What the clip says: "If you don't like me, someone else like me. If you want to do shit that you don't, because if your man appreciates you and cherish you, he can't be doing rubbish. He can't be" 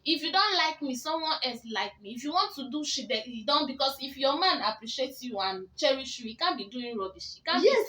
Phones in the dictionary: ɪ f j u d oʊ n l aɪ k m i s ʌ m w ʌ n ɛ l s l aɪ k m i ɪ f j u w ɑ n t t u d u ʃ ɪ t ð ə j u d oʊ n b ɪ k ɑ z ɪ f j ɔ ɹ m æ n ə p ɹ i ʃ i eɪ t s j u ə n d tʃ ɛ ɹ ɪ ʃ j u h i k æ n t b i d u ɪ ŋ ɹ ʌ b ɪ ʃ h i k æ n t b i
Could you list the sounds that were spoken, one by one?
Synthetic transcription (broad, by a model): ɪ f j u d oʊ n l aɪ k m i s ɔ m w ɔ n ɛ l s l aɪ k m i ɪ f j u w ɑ n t t u d u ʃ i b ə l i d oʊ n b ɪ k ɑ s ɪ f j ɔ m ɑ n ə p ɹ i ʃ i eɪ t j u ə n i tʃ ɛ ɹ ɪ ʃ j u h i k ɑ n b i d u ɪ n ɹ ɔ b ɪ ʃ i k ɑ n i